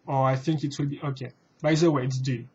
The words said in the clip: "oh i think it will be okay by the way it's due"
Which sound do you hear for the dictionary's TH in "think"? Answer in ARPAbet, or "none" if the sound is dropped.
TH